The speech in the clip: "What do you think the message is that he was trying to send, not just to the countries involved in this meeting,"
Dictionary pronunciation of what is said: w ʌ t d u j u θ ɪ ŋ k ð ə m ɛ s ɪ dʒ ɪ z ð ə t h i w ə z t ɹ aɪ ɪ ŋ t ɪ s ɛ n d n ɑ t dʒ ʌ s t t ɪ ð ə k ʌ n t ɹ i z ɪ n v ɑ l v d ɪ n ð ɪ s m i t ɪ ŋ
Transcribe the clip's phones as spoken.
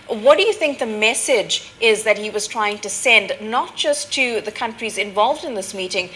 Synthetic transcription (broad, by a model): w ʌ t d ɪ j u θ ɪ ŋ k ð ə m ɛ s ɪ dʒ ɪ z ð ə t h i w ə z t ɹ aɪ ɪ ŋ t ɪ s ɛ n d n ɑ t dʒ ʌ s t t ɪ ð ə k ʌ n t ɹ i z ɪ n v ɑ l v d ɪ n ð ɪ s m i t ɪ ŋ